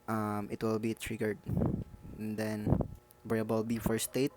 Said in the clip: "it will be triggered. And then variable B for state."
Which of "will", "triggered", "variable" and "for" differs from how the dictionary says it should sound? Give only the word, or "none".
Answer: variable